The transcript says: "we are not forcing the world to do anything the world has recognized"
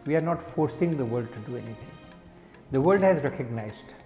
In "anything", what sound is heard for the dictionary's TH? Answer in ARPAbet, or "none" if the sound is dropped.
T